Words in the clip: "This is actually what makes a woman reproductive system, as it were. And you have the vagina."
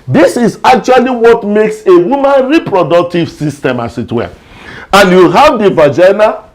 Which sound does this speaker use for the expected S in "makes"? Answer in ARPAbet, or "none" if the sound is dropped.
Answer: S